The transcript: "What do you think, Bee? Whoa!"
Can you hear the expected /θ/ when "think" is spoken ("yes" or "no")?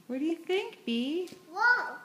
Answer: yes